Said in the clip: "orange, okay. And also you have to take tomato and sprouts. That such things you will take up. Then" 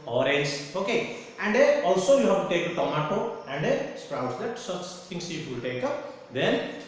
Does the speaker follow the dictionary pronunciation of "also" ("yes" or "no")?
yes